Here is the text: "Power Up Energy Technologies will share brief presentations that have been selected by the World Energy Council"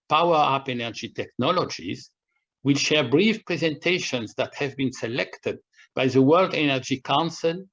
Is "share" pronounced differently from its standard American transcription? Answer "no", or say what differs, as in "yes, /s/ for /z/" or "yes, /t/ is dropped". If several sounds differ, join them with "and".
no